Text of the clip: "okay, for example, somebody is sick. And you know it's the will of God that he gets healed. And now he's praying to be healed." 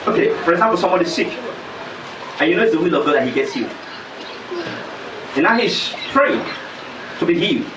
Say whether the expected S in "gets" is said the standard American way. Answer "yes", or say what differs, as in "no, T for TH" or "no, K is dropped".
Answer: yes